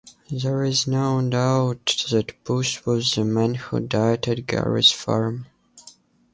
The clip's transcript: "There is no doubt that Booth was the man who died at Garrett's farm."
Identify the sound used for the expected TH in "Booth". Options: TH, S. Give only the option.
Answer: S